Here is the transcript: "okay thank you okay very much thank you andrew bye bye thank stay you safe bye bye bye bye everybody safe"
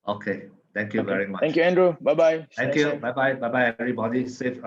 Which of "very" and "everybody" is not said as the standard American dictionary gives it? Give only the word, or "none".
none